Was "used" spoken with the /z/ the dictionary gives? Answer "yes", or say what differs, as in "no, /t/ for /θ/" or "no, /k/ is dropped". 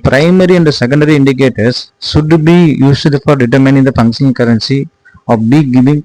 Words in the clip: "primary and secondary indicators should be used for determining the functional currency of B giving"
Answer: no, /s/ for /z/